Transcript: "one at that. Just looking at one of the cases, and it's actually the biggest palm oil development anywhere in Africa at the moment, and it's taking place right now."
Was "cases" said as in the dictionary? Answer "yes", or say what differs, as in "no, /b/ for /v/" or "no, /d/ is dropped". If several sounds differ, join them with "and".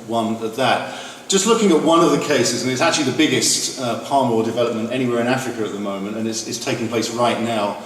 yes